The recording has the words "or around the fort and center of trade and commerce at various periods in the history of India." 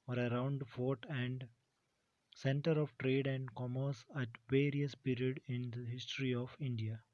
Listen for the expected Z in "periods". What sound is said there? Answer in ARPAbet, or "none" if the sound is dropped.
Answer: none